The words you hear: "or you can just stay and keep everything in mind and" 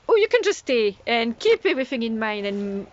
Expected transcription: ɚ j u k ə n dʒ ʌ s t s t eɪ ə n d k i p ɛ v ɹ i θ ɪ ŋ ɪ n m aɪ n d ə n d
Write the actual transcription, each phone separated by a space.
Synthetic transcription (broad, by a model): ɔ j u k ə n dʒ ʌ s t s t eɪ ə n k i p ɛ v ɹ i θ ɪ ŋ ɪ n m aɪ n ə n